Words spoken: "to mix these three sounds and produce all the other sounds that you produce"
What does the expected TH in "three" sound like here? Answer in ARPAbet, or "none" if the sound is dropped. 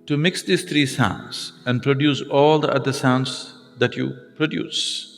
T